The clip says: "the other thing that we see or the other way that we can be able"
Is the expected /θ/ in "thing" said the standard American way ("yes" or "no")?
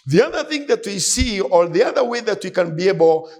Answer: yes